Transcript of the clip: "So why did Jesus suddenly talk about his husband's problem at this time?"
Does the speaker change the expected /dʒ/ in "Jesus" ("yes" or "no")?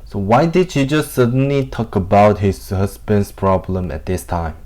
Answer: yes